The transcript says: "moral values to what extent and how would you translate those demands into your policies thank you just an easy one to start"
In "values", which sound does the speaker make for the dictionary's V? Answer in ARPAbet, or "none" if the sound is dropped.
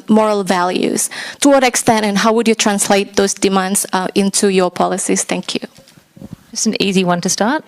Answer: V